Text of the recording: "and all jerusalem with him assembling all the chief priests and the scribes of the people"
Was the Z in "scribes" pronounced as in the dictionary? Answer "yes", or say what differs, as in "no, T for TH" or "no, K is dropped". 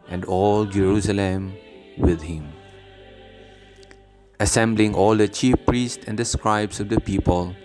no, S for Z